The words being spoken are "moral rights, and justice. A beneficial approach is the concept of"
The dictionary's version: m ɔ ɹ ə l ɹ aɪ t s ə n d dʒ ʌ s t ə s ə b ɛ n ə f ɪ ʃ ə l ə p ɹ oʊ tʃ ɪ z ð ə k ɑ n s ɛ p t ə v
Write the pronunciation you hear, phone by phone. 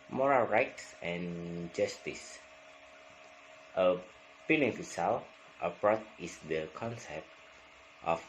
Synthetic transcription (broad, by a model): m ɔ ɹ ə l ɹ aɪ t s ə n dʒ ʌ s t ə s ə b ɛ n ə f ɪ s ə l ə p ɹ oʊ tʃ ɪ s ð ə k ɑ n s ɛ p t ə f